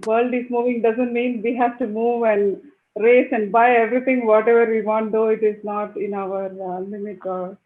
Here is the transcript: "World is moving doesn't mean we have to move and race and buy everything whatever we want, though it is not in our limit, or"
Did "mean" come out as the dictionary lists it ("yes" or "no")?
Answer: yes